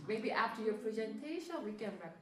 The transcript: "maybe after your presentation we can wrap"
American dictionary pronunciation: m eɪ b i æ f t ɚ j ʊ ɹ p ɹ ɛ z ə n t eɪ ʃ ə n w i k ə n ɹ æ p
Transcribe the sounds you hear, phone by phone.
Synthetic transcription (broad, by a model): m eɪ b i æ f t ɚ j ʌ ɹ p ɹ ɛ z ə n t eɪ ʃ ə n w i k ə n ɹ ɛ